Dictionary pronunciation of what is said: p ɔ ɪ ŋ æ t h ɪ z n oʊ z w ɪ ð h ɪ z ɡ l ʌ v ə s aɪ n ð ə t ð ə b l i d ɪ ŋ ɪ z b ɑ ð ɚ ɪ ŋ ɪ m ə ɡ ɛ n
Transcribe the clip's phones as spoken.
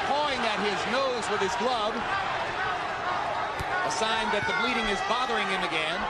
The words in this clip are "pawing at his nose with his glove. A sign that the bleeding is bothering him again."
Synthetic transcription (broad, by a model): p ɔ ɪ ŋ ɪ t h ɪ z n oʊ z w ɪ ð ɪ z ɡ l ʌ b ə s aɪ n ð ə t ð ə b l i d ɪ ŋ ɪ z b ɑ ð ɚ ɪ ŋ ɪ m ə ɡ ɛ n